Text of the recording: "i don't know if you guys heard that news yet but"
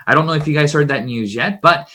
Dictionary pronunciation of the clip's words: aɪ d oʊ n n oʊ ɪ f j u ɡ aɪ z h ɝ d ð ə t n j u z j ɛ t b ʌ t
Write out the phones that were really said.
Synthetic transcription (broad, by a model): aɪ d oʊ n n oʊ ɪ f j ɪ ɡ aɪ z h ɝ d ð ə t n j u z j ɛ t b ʌ t